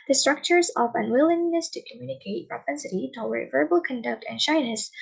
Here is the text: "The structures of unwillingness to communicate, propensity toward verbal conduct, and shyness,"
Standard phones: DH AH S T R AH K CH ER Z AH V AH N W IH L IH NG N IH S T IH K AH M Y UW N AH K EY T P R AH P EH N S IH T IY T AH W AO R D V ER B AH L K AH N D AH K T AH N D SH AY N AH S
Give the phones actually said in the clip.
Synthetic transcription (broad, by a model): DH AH S T R AH K CH ER Z AH V AH N W IH L IH NG N IH S T IH K AH M Y UW N AH K EY T P R AH P EH N S IH T IY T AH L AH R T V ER B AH L K AH N D AH K T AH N SH AY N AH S